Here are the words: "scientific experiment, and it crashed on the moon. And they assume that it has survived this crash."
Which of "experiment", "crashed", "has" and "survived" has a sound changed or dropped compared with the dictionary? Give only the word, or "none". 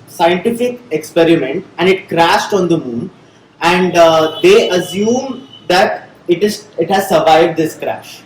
none